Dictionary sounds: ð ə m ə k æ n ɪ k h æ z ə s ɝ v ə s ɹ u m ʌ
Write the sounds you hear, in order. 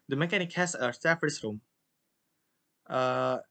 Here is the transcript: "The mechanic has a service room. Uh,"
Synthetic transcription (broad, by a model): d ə m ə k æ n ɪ k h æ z ə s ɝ ə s ɹ u m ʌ